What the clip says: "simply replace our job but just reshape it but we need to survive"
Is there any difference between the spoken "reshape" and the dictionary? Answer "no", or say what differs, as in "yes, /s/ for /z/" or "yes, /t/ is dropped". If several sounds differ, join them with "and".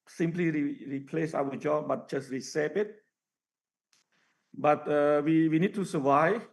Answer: yes, /s/ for /ʃ/